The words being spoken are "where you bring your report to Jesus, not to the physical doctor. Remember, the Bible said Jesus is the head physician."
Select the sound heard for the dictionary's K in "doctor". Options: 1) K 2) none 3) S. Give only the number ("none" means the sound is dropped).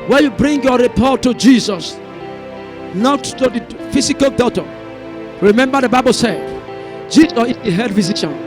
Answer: 2